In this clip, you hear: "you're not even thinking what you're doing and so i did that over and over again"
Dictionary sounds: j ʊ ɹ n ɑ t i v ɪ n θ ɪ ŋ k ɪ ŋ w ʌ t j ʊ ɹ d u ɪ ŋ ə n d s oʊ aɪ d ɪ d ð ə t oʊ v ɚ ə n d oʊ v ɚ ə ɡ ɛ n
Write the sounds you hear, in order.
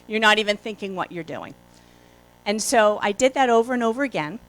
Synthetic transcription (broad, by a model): j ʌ ɹ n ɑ t i v ɪ n θ ɪ ŋ k ɪ ŋ w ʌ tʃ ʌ ɹ d u ɪ ŋ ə n s oʊ aɪ d ɪ d ð ə t oʊ v ɚ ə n oʊ v ɚ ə ɡ ɛ n